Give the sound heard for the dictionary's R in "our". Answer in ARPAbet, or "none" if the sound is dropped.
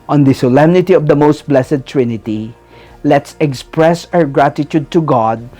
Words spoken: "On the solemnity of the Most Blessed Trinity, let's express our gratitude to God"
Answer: R